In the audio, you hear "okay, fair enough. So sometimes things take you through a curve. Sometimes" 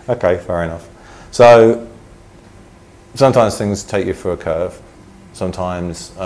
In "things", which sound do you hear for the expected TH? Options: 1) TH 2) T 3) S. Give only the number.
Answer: 1